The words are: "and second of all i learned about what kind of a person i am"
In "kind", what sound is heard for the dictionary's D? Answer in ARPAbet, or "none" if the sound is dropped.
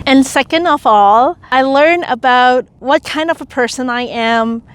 D